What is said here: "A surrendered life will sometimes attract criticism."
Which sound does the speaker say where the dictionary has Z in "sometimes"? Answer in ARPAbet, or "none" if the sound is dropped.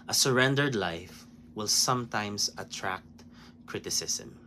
S